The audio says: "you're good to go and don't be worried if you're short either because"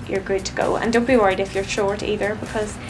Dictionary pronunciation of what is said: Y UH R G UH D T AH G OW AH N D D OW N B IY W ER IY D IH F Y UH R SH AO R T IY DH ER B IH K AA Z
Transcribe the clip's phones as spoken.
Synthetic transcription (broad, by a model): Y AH R G UH D T AH G OW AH N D D OW N B IY W ER IY D IH F Y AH R SH AO R T IY DH ER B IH K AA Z